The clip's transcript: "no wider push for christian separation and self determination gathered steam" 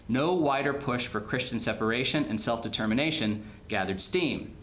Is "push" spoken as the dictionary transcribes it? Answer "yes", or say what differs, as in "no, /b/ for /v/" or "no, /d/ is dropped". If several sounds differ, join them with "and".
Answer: yes